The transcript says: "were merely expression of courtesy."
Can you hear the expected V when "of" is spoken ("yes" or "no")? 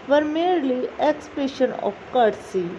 no